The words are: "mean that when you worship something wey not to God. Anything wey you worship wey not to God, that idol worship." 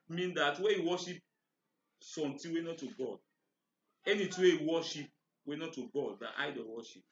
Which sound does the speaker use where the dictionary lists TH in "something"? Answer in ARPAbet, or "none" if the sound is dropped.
T